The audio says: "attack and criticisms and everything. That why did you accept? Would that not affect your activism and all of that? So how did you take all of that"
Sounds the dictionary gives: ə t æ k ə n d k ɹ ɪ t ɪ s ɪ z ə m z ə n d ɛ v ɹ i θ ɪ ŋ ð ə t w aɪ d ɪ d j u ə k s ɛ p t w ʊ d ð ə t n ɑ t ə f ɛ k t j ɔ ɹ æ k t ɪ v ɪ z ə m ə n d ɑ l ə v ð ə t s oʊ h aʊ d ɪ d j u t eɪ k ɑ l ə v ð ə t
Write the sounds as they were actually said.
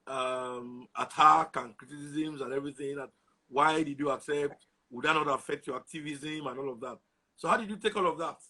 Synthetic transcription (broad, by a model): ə t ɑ k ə n k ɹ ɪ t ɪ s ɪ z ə m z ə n ɛ v ɹ i θ ɪ ŋ ð ə t w aɪ d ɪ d j u ə k s ɛ p t w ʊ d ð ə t n ɑ t ə f ɛ k t j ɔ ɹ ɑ k t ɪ v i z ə m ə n ɑ l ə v ð ə t s oʊ h aʊ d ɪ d j u t eɪ k ɑ l ə v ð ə t